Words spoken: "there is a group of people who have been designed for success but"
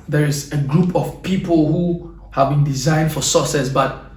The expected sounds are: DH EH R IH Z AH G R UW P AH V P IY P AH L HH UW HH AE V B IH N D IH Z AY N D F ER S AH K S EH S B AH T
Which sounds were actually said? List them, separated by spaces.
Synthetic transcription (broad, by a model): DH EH R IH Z AH G R UW P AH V P IY P AH L HH UW HH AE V B IH N D IH Z AY N D F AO S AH S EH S B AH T